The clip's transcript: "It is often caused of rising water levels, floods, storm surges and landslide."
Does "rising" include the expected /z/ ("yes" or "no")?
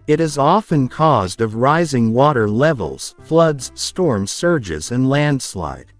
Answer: yes